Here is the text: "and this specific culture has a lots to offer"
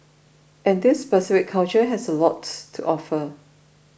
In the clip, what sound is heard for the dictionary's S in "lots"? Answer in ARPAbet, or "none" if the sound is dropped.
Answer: none